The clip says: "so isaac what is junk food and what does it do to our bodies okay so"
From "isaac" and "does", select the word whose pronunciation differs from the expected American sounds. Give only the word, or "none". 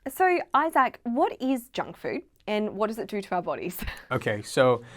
none